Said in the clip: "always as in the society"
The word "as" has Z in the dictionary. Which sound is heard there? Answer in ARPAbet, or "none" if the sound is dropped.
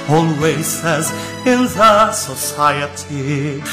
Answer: Z